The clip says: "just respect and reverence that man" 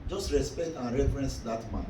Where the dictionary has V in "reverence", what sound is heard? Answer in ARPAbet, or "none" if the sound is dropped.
F